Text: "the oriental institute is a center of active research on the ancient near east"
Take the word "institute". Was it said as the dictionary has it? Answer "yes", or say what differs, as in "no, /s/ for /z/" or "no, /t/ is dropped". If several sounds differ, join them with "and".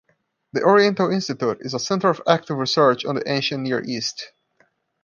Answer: yes